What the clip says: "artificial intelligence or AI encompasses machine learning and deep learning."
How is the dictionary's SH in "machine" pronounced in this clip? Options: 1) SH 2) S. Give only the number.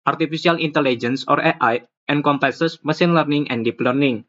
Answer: 2